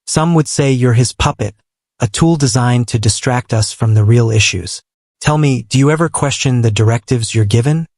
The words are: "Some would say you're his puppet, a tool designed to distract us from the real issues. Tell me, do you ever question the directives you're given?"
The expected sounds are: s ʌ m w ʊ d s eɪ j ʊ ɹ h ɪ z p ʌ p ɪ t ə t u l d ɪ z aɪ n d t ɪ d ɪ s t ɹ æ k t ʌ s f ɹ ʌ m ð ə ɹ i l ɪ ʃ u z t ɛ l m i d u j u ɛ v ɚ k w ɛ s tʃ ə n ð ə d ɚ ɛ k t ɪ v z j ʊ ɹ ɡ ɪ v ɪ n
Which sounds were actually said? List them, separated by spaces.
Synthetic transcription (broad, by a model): s ʌ m w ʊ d s eɪ j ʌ ɹ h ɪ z p ʌ p ɪ t ə t u l d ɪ z aɪ n t ɪ d ɪ s t ɹ æ k t ʌ s f ɹ ʌ m ð ə ɹ i l ɪ ʃ u z t ɛ l m i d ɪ j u ɛ v ɚ k w ɛ s tʃ ə n ð ə d ɚ ɛ k t ɪ v z j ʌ ɹ ɡ ɪ v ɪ n